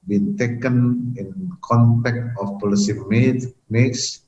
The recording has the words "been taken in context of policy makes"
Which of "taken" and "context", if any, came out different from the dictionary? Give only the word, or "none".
context